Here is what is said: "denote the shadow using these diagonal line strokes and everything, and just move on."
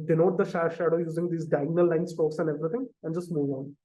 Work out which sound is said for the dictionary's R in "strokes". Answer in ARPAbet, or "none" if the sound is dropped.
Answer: none